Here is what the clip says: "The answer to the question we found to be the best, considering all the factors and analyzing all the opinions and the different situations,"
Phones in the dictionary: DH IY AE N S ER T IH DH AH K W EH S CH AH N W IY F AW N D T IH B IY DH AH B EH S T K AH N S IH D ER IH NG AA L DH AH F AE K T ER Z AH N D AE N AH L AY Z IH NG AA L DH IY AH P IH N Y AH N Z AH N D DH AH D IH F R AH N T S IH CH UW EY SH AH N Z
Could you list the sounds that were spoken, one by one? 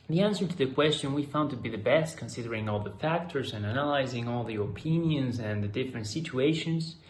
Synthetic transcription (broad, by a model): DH IY AE N S ER T IH DH AH K W EH S CH AH N W IY F AW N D T IH B IY DH AH B EH S T K AH N S IH D ER IH NG AA L DH AH F AE K T ER Z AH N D AE N AH L AY Z IH NG AA L DH IY AH P IH N Y AH N Z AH N DH AH D IH F R AH N T S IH CH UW EY SH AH N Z